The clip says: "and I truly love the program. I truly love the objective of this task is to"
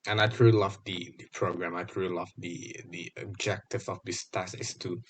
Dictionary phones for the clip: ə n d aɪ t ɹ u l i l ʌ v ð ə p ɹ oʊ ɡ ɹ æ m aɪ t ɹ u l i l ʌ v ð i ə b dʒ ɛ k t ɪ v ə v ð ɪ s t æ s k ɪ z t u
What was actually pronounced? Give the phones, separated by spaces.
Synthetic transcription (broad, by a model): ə n aɪ t ɹ u l i l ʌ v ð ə p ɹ oʊ ɡ ɹ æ m aɪ t ɹ u l i l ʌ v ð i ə b dʒ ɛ k t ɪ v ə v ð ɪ s t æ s ɪ s t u